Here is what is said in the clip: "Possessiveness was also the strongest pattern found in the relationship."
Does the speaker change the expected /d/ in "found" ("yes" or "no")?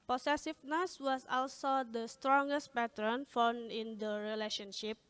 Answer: yes